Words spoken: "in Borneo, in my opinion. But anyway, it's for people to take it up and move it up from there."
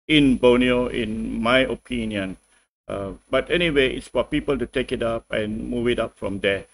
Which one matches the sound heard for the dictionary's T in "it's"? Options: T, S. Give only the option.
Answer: T